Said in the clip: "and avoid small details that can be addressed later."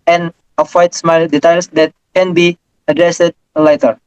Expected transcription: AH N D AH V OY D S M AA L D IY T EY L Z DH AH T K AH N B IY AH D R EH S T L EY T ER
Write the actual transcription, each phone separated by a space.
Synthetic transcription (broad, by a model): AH N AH F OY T S M AA L D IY T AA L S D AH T K AH N B IY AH D R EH S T L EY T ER